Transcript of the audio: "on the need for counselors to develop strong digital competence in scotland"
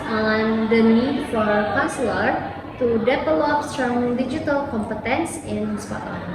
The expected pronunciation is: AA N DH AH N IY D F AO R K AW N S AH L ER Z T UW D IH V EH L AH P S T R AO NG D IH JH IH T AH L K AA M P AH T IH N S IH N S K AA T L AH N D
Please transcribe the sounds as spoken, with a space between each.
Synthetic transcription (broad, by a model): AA N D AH N IY D F AO R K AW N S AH L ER T UW D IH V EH L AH P S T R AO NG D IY JH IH T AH L K AA M P AH T IH N S IH N S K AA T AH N